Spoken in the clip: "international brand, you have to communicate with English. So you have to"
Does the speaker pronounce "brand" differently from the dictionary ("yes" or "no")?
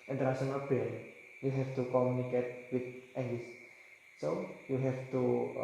yes